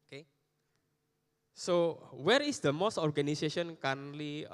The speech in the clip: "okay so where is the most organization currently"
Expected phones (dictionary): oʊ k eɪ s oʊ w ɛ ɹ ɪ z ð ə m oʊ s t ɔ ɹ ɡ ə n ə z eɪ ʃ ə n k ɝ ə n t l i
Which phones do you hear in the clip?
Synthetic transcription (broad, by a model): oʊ k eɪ s oʊ w ɛ ɹ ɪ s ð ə m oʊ s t ɔ ɹ ɡ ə n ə s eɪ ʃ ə n k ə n l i